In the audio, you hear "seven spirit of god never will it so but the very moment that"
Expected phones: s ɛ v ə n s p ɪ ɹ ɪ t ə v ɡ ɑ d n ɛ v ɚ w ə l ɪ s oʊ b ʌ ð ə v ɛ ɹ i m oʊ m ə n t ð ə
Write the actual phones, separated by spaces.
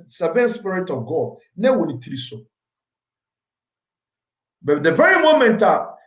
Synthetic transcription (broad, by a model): s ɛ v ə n s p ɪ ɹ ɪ t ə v ɡ ɑ d n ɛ w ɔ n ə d ɪ s oʊ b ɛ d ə v ɛ ɹ i m oʊ m ə n t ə